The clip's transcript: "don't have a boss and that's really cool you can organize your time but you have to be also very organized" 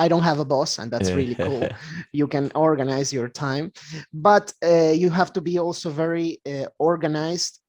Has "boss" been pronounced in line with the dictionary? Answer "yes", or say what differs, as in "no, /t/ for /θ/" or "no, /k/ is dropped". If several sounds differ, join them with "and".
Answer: yes